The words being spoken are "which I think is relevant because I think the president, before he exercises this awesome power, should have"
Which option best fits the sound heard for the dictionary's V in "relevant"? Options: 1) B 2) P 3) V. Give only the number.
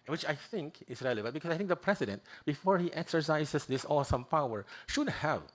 1